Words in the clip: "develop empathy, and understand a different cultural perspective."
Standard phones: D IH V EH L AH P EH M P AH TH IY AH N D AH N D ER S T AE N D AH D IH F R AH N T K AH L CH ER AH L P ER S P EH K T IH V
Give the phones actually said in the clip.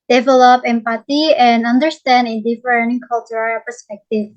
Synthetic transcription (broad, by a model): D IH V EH L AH P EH M P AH T IY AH N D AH N D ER S T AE N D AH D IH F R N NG K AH L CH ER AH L P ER S P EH K T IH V